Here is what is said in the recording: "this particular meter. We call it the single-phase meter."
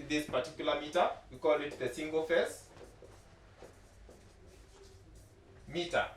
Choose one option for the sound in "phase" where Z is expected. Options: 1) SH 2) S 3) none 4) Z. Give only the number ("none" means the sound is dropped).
2